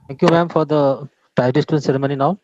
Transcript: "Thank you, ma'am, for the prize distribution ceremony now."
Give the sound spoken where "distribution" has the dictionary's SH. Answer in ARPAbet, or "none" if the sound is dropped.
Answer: none